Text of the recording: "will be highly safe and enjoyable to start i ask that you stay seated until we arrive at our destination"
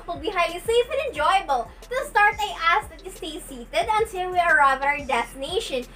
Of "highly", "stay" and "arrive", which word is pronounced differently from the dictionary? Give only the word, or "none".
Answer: highly